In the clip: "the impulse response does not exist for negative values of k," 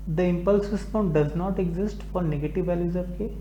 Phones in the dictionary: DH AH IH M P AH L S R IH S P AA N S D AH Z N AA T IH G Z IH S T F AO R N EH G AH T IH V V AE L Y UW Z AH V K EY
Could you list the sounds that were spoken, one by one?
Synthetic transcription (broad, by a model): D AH IH M P AH L S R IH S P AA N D D AH Z N AA T IH G Z IH S T F AO R N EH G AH T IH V V AE L Y UW Z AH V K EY